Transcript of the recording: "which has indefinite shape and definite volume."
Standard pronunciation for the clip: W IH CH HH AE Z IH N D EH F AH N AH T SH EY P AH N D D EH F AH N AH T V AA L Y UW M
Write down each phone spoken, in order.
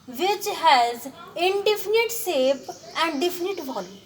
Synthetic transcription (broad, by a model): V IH CH HH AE Z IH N D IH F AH N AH T S EY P AH N D D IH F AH N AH T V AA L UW